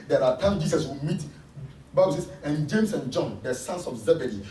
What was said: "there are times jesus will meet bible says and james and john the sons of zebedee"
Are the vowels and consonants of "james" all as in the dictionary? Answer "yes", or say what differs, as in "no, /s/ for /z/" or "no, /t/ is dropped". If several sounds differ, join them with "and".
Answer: no, /s/ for /z/